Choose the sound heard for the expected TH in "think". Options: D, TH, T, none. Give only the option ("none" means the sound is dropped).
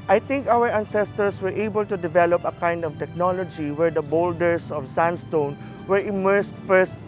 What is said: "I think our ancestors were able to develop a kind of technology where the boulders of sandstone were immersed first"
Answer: T